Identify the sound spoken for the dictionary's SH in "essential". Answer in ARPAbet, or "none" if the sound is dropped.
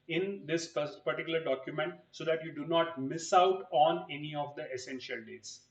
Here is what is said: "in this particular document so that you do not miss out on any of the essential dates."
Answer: SH